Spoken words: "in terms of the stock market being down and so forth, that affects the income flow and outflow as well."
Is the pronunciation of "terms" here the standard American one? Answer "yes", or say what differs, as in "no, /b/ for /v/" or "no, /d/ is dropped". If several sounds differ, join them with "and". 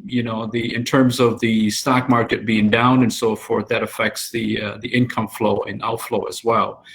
yes